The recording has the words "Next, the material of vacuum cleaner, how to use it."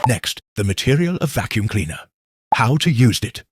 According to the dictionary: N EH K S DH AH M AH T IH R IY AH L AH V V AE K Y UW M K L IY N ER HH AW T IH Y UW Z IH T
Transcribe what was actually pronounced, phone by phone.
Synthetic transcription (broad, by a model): N EH K S DH AH M AH T IH R IY AH L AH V V AE K Y UW M K L IY N ER HH AW T IH Y UW Z IH T